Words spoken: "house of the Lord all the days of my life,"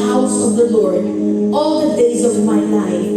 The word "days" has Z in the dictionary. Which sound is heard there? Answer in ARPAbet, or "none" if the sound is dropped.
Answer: Z